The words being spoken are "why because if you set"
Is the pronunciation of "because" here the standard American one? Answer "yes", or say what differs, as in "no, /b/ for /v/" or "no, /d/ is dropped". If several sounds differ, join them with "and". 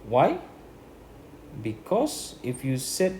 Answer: no, /s/ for /z/